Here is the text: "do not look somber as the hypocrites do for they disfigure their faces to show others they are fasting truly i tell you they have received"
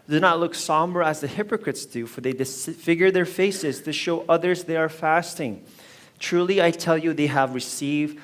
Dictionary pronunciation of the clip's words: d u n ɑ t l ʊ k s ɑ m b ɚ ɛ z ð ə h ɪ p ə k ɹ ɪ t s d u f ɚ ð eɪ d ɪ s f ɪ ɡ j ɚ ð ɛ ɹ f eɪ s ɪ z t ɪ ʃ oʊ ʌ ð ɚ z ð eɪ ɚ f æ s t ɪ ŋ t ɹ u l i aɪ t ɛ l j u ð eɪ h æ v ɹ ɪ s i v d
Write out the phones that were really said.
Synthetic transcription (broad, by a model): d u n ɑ t l ʊ k s ɑ m b ɚ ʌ z ð ə h ɪ p ə k ɹ ɪ t s d u f ɚ ð eɪ d ɪ s f ɪ ɡ j ɚ ð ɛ ɹ f eɪ s ɪ z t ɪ ʃ oʊ ʌ ð ɚ z ð eɪ ɚ f æ s t ɪ ŋ t ɹ u l i aɪ t ɛ l j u ð eɪ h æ v ɹ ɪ s i v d